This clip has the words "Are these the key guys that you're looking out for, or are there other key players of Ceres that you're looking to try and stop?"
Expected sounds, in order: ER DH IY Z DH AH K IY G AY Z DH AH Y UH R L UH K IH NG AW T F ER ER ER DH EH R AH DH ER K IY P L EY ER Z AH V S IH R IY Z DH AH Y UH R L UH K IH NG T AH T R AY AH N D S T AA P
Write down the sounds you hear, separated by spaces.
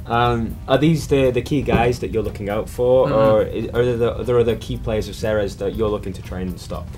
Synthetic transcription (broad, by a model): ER DH IY Z DH AH K IY G AY Z DH AH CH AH R L UH K IH NG AW T F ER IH ER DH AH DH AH DH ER K IY P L EY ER Z AH V S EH R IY Z DH AH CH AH R L UH K IH NG T AH T R AY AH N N S T AA P